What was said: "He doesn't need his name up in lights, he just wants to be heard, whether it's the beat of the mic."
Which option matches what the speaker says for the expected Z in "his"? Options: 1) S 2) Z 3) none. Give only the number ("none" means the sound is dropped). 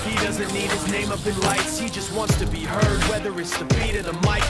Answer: 2